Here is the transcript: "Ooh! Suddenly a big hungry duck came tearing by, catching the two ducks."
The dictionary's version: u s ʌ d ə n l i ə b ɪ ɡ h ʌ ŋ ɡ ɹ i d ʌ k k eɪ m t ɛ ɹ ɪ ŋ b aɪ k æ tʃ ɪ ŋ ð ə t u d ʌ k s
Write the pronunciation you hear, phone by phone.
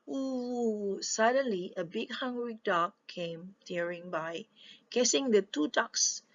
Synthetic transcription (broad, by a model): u s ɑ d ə n l i ə b ɪ ɡ h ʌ ŋ ɡ ɹ i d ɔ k k eɪ m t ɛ ɹ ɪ ŋ b aɪ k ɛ s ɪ ŋ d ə t u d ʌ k s